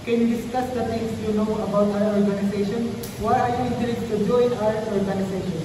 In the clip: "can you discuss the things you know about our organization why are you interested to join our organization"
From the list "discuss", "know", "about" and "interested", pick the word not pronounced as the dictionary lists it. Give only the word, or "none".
interested